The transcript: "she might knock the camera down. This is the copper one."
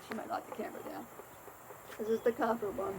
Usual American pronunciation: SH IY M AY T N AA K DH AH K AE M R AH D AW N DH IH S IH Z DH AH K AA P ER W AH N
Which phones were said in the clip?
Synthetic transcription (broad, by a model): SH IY M AY T L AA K DH AH K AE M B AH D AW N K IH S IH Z DH AH K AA F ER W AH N